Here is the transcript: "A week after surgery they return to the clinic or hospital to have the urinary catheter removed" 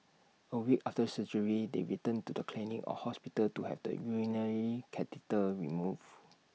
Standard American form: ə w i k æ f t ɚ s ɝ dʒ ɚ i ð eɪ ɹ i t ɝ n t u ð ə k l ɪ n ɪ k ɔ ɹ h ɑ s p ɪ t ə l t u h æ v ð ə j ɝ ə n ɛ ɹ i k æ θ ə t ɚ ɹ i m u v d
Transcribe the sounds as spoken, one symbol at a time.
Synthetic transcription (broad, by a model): ə w i k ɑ f t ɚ s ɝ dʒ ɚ i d eɪ ɹ i t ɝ n t u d ə k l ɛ n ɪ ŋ ɔ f h ɑ s p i t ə l t u h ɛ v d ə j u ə n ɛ ɹ i k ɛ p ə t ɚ ɹ i m u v